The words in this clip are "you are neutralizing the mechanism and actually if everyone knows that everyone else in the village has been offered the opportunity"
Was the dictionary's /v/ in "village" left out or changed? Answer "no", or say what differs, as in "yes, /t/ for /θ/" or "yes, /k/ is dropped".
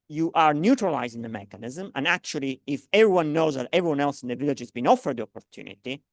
no